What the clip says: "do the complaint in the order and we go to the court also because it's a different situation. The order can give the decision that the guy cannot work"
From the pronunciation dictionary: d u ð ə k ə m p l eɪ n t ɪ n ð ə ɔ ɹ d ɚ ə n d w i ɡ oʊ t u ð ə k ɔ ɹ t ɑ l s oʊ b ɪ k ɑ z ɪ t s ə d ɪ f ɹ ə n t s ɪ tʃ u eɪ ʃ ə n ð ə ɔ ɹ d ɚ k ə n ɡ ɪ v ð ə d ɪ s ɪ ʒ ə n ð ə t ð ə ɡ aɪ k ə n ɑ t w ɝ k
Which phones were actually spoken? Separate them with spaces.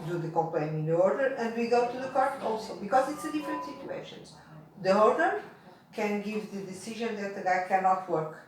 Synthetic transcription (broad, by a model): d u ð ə k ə m p l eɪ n ɪ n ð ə ɔ ɹ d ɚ ə n d w i ɡ oʊ t u ð ə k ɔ ɹ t ɑ l s oʊ b ɪ k ɑ z ɪ t s ə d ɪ f ɹ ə n t s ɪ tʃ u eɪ ʃ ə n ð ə ɔ ɹ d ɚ k ə n ɡ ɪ v ð ə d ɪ s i ʒ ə n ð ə t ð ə ɡ aɪ k ə n ɑ t w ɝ k